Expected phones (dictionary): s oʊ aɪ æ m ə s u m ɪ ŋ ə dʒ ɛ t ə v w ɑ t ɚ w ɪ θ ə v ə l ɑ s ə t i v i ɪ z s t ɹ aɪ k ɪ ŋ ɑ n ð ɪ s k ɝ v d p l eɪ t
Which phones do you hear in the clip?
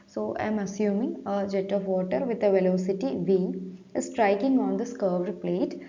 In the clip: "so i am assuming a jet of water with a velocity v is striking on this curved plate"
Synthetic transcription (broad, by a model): s oʊ aɪ m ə s u m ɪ ŋ ə dʒ ɛ t ə v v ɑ t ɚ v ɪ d ə v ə l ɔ s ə t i v i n s t ɹ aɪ k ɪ ŋ ɑ n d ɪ s k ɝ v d p l eɪ t